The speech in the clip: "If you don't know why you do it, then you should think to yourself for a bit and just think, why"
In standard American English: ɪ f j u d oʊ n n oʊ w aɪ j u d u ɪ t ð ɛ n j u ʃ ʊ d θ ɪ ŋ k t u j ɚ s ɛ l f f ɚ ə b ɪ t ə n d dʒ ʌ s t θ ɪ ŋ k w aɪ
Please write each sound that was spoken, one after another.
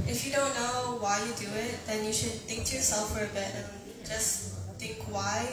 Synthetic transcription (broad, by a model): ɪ f j u d oʊ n n oʊ w aɪ j u d u ɪ t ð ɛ n j u ʃ ʊ d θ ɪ ŋ k t u j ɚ s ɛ l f f ɚ ə b ɪ t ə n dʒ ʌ s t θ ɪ ŋ k w aɪ